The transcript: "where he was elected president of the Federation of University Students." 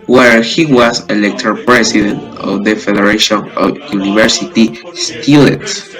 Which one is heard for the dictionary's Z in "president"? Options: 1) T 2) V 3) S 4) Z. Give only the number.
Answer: 3